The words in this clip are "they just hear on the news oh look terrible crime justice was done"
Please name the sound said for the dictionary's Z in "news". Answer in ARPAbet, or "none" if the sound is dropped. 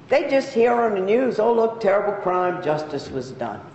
Z